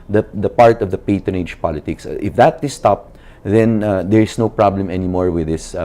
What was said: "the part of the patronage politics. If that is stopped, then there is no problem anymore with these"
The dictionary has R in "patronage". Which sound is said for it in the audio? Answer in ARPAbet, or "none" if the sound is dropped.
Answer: none